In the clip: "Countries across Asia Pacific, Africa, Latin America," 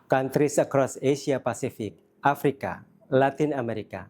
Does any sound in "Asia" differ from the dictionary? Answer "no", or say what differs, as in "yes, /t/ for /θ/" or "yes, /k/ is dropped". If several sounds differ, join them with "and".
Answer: yes, /s/ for /ʒ/